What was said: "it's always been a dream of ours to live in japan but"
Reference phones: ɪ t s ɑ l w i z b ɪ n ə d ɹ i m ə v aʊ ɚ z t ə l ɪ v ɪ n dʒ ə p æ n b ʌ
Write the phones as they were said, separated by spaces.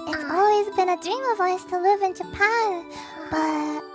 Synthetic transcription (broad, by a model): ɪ t s ɑ l w i z b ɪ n ə d ɹ i m ə v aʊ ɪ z t ə l ɪ v ɪ n dʒ ə p æ n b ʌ